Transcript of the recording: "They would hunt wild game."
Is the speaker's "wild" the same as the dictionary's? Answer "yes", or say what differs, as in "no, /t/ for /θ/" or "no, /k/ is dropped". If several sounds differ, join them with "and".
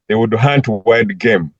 no, /l/ is dropped